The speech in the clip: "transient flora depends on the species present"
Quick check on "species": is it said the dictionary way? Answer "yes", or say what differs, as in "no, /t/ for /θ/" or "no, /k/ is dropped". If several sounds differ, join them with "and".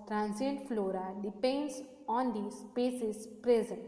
no, /s/ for /ʃ/